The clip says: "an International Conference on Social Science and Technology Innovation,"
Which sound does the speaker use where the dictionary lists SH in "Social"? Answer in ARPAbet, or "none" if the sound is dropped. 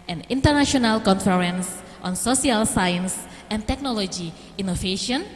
S